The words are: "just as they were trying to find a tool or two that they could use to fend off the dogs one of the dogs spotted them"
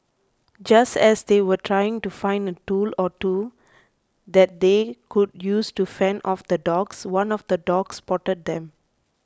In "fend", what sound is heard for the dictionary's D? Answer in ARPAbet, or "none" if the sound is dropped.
none